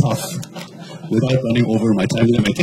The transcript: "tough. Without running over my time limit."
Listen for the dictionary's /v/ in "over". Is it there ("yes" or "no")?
yes